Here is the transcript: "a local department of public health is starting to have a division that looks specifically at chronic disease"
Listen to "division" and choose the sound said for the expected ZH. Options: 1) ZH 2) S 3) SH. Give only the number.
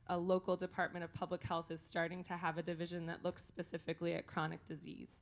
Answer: 1